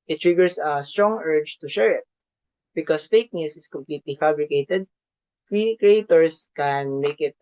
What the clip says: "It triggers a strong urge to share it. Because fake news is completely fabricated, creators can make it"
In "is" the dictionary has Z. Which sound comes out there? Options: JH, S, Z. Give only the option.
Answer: S